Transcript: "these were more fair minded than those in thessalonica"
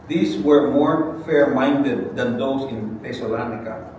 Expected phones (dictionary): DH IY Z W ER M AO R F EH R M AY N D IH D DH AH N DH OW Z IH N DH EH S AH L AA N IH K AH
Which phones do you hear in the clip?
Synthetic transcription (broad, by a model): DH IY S W ER M AO R F EH R M AY N D IH D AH N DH OW S IH N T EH S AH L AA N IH K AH